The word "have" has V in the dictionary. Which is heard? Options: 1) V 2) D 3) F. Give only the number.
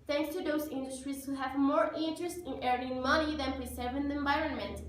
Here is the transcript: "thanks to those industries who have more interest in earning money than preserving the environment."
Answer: 1